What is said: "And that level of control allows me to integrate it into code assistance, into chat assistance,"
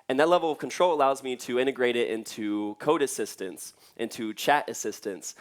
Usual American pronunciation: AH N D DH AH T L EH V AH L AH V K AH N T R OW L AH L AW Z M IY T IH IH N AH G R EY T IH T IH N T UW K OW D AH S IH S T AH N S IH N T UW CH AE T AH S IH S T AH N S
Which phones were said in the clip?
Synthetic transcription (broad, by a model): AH N DH AH T L EH V L AH V K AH N T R OW L AH L AW Z M IY T IH IH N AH G R EY T IH T IH N T UW K OW D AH S IH S T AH N S IH N T UW CH AE T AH S IH S T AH N S